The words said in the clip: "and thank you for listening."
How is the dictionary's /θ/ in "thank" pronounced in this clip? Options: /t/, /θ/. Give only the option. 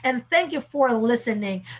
/θ/